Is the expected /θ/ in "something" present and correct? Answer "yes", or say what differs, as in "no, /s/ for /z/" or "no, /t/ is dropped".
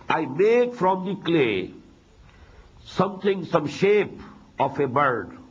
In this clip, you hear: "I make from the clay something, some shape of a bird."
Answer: no, /t/ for /θ/